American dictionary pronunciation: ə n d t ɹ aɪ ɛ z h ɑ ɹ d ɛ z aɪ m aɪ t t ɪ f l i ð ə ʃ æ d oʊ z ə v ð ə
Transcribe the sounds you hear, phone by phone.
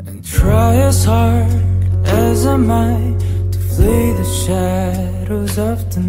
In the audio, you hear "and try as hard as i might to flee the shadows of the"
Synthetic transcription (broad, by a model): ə n t ɹ aɪ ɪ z h ɑ ɹ d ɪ z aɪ m aɪ t t ɪ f l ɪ ð ə ʃ æ d oʊ z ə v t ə